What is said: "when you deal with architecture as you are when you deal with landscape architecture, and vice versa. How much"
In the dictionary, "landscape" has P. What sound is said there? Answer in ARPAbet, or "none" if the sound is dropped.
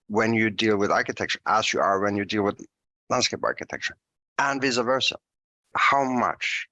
P